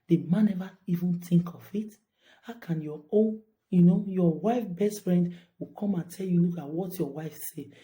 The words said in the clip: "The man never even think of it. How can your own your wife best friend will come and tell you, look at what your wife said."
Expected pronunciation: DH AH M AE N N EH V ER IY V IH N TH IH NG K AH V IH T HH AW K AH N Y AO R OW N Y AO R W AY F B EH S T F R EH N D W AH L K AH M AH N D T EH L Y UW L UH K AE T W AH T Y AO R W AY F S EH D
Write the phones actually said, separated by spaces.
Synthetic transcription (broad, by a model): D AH M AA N N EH V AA IY V IH N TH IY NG K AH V IH T HH AW K AH N Y AO OW N Y AO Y W AY F B EH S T F R EH N D W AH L K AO M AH N T EH L Y UW L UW K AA T W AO T Y AO W AY F S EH